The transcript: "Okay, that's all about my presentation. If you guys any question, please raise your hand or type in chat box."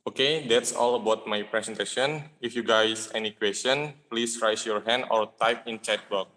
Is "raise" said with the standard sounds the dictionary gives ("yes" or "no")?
no